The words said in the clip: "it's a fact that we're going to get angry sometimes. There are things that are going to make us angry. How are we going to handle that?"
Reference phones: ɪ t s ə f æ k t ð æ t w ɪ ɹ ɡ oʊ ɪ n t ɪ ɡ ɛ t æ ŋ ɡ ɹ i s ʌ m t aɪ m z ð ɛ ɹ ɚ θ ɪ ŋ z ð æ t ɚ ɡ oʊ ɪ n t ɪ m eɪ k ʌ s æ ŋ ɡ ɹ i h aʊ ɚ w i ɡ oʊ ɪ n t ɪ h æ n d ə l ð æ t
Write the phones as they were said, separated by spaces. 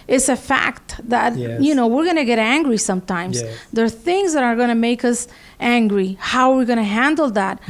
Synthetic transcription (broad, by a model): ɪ t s ə f æ k t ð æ t w ɪ ɹ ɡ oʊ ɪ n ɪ ɡ ɛ t æ ŋ ɡ ɹ i s ʌ m t aɪ m z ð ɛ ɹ θ ɪ ŋ z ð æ t ɚ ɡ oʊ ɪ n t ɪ m eɪ k ʌ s æ ŋ ɡ ɹ i h aʊ ɚ w i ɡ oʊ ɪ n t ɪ h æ n d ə l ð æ t